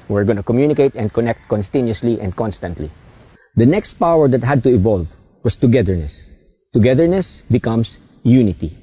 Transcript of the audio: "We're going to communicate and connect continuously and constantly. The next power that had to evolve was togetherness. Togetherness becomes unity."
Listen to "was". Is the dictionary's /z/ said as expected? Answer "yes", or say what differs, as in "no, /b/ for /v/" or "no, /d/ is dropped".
no, /s/ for /z/